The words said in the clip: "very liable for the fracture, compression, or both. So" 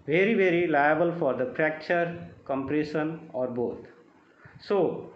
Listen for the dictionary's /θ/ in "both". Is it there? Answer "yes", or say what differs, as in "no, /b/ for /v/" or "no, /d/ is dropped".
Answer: no, /t/ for /θ/